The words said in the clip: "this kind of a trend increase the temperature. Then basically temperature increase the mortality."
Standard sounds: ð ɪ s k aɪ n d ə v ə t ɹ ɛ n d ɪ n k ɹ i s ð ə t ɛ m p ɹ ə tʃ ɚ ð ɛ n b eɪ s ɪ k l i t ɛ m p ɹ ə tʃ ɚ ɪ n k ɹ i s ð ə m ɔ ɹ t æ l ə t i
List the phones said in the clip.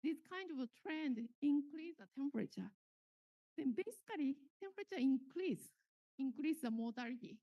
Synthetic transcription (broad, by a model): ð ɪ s k aɪ n d ə v t ɹ ɛ n d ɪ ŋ k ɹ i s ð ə t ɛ m p ɹ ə tʃ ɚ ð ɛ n b eɪ s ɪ k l i t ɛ m p ɹ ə tʃ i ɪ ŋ k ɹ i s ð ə m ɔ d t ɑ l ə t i